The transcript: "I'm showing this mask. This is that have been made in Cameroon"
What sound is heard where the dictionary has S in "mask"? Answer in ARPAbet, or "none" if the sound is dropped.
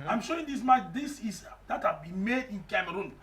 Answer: none